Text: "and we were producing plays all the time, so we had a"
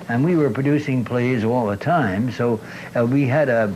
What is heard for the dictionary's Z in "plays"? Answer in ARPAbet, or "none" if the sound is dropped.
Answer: Z